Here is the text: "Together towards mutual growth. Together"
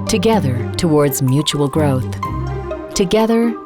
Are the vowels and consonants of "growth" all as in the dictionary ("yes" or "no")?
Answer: yes